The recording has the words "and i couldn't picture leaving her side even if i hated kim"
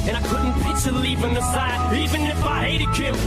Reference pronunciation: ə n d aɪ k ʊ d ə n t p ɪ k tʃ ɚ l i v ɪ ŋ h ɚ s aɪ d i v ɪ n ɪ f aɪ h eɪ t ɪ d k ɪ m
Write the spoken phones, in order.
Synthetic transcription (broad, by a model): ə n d aɪ k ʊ d n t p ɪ tʃ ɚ l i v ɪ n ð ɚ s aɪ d i v ɪ n ɪ f aɪ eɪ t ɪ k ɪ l